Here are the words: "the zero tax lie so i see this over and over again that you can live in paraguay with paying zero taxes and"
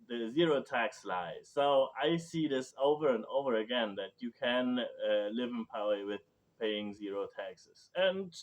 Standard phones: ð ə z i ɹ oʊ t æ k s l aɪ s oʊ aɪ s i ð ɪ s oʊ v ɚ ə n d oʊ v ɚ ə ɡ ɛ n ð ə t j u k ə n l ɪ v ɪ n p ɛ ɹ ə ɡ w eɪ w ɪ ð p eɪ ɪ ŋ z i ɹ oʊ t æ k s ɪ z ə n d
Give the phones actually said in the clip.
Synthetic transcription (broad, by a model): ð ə z i ɹ oʊ t æ k s l aɪ s oʊ aɪ s i ð ɪ s oʊ v ɚ ə n d oʊ v ɚ ə ɡ ɛ n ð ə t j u k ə n l ɪ v ɪ n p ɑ ə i w ɪ ð p eɪ ɪ ŋ z i ɹ oʊ t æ k s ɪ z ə n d